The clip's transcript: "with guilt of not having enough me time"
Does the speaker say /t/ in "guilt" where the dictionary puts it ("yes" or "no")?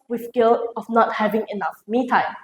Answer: no